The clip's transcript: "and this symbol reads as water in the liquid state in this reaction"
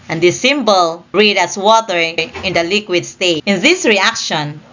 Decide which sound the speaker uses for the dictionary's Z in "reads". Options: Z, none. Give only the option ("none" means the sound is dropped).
none